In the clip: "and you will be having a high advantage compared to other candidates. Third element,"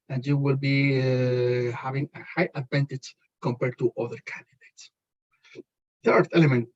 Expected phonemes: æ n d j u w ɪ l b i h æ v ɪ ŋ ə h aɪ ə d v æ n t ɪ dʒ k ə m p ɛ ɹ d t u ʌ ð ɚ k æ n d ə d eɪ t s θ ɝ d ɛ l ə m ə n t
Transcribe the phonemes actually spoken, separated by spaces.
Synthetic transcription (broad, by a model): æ n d j u w ɪ l b i h æ v ɪ ŋ ə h aɪ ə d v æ n t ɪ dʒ k ə m p ɛ ɹ d t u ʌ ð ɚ k æ n d ə d eɪ t s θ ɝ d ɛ l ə m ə n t